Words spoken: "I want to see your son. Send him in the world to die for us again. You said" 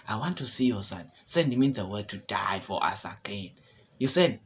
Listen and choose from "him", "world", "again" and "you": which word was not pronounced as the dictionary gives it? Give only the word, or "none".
world